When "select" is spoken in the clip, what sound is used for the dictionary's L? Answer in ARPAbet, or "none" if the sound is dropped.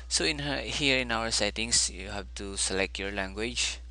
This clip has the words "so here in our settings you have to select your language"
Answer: L